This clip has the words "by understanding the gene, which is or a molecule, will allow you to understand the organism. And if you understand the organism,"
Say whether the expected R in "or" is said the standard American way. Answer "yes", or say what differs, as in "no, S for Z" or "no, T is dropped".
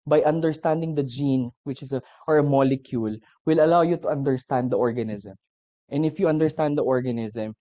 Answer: yes